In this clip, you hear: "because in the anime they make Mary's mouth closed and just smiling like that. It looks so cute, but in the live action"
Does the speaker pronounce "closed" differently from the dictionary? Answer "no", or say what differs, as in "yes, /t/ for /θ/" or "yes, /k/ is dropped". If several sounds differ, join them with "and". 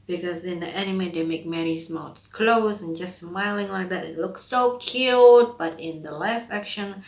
yes, /d/ is dropped